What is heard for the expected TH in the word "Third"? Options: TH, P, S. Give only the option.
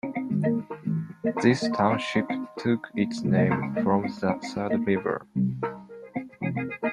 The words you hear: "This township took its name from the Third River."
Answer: S